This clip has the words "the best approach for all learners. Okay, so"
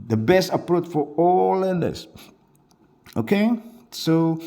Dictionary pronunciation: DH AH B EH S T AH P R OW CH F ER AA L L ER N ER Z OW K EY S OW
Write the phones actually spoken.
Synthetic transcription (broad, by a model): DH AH B EH S T AH P R OW CH F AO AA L L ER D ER S OW K EY S OW